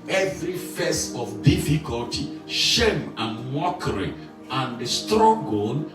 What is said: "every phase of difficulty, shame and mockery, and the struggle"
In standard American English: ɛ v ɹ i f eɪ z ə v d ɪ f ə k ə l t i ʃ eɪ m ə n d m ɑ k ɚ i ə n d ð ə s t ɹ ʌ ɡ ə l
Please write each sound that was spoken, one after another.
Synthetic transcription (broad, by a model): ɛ v ɹ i f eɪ s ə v d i f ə k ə l t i ʃ eɪ m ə n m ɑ k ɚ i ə n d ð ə s t ɹ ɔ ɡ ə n